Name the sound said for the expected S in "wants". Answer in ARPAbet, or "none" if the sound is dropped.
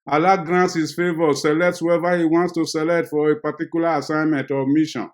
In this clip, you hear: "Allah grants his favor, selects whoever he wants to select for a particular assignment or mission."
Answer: S